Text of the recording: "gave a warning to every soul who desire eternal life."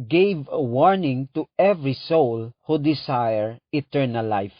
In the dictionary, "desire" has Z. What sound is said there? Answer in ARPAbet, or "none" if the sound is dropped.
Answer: S